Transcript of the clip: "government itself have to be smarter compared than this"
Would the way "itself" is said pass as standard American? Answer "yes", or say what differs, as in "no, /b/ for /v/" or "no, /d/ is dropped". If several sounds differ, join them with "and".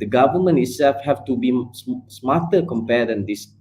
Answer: yes